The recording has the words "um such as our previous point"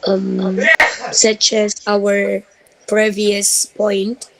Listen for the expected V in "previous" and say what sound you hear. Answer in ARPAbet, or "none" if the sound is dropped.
V